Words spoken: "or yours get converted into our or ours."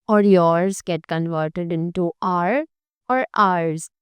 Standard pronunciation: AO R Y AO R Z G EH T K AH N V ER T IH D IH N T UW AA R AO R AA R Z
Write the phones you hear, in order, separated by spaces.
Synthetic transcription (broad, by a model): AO R Y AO R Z G EH T K AH N V ER T IH D IH N T UW AA R AO R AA R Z